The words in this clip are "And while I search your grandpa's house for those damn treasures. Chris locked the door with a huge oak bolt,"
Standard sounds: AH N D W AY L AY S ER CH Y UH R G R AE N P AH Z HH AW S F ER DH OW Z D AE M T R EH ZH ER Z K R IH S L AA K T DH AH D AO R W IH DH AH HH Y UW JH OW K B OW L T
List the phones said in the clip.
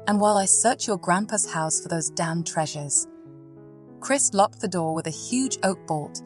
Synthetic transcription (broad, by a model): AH N W AY L AY S ER CH Y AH R G R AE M P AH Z HH AW S F ER DH OW Z D AE M T R EH ZH ER Z K R IH S L AA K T DH AH D AO R W IH DH AH HH Y UW JH OW K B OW L T